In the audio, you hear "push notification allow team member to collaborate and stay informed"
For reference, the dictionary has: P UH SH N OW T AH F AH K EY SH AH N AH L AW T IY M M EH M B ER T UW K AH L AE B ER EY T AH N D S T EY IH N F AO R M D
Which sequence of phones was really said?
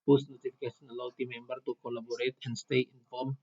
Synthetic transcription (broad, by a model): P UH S N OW T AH F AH K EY S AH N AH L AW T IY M M EH M B ER T UW K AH L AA B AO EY T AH N S T EY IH N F AO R M